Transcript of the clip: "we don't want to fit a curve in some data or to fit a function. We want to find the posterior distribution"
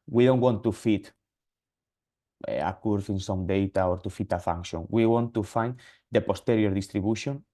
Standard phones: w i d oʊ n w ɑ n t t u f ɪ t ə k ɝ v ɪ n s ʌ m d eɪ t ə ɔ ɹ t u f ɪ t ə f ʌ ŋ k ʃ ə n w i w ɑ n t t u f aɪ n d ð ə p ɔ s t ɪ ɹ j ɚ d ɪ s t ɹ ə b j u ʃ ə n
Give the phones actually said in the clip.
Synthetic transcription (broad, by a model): w i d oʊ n w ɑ n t t u f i t ə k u f ɪ n s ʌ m d eɪ t ə ɔ ɹ t u f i t ə f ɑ ŋ k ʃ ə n w i w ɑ n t t u f aɪ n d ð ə p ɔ s t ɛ ɹ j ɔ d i s t ɹ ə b j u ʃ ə n